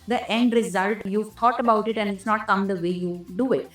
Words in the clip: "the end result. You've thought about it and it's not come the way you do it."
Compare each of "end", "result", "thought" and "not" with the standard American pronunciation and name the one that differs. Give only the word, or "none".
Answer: thought